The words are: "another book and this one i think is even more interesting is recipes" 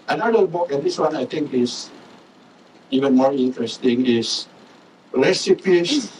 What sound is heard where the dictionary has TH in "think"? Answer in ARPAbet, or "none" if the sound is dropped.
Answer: T